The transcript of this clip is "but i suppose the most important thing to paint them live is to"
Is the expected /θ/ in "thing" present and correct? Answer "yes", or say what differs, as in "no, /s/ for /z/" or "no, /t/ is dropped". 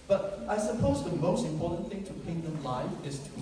yes